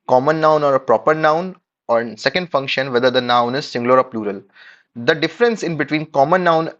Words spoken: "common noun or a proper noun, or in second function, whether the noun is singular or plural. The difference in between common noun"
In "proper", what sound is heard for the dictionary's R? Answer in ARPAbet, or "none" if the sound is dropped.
R